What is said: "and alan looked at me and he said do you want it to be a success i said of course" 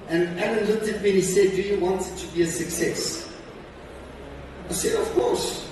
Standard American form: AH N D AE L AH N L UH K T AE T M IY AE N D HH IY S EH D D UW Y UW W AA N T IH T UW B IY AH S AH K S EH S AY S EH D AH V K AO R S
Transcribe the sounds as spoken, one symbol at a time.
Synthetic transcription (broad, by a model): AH N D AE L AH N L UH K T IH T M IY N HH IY S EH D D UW Y UW W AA N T T UW B IY AH S AH K S EH S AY S EH D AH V K AO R S